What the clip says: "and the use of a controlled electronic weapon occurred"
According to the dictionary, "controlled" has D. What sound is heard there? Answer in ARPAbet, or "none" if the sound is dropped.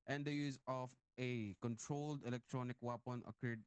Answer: D